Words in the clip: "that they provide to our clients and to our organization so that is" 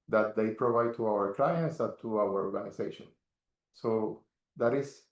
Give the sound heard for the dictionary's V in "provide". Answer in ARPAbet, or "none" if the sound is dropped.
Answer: V